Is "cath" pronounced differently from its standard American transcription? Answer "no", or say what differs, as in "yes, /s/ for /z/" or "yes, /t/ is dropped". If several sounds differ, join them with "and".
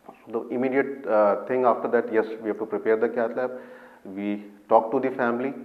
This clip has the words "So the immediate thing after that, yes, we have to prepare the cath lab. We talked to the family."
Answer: yes, /t/ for /θ/